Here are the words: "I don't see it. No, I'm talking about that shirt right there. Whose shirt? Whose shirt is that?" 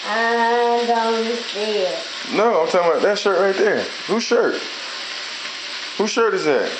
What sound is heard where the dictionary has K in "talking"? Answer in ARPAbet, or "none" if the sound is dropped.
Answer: none